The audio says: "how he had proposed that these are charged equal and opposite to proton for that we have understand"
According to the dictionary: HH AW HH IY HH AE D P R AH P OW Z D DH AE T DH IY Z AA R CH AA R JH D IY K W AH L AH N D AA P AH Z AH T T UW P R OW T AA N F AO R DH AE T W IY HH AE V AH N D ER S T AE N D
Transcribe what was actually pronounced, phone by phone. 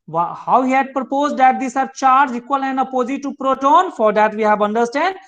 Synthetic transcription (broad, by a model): HH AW HH IY HH AE D P R AH P OW Z D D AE T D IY S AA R CH AA R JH IY K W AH L AH N D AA P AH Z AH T T UW P R OW T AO N F AO R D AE T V IY HH AE V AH N D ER S T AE N D